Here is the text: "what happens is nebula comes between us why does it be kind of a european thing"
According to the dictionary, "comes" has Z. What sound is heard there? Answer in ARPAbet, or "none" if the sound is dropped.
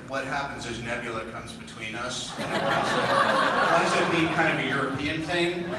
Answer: Z